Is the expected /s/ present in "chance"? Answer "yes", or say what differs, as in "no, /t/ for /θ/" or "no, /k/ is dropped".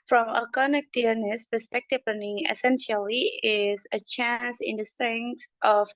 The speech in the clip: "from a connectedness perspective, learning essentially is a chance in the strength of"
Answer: yes